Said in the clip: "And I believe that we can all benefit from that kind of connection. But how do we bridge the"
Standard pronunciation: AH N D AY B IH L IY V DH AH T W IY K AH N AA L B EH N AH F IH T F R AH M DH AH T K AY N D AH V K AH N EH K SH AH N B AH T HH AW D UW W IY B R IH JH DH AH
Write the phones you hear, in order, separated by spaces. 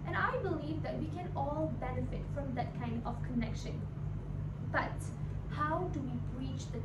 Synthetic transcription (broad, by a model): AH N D AY B IH L IY V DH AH T W IY K AH N AA L B EH N AH F IH T F R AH M DH AH T K AY N D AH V K AH N EH K SH AH N B AH T HH AW D UW W IY B R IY CH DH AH